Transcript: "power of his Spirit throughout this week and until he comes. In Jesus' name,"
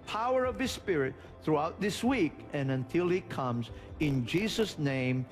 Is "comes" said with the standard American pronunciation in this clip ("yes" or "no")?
yes